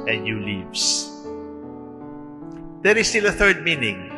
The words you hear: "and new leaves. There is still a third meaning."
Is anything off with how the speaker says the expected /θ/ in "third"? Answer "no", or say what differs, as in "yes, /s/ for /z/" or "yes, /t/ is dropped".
no